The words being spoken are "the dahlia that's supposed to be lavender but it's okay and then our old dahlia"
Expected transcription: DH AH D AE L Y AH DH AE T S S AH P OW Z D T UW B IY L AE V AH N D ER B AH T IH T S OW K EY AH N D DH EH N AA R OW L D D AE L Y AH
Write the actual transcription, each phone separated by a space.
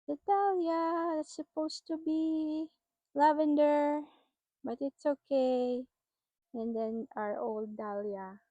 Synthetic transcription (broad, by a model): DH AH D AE L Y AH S S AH P OW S T UW B IY L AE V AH N D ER B AH T IH T S OW K EY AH N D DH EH N AA R OW L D D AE L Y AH